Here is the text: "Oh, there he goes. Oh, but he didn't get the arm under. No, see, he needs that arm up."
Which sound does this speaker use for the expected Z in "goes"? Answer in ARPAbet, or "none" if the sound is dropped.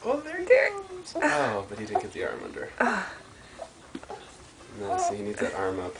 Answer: none